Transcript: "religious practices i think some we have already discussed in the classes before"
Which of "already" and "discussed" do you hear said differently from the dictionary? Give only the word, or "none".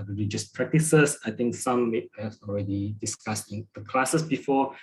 discussed